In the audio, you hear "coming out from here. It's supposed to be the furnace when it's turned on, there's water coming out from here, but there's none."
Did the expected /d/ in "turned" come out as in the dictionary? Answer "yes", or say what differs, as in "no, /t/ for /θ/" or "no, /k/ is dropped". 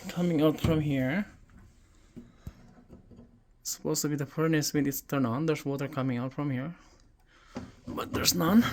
no, /d/ is dropped